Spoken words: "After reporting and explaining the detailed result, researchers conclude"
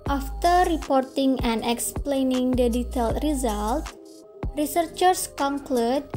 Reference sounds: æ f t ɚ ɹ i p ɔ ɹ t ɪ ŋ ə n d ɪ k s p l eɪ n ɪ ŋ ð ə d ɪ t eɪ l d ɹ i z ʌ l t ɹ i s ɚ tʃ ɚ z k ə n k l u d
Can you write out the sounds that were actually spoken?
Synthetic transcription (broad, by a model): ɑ f t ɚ ɹ i p ɔ ɹ t ɪ ŋ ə n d ɪ k s p l eɪ n ɪ ŋ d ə d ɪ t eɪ l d ɹ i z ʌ l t ɹ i s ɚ tʃ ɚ s k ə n k l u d